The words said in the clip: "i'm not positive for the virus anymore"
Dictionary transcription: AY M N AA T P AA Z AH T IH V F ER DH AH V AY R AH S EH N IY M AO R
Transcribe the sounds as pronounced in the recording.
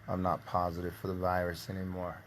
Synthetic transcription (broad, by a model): AY M N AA T P AA Z AH T IH V F ER DH AH V AY R AH S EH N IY M AO R